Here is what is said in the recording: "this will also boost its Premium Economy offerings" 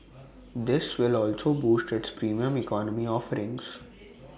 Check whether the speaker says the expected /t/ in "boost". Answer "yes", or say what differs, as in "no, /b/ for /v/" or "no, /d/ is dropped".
yes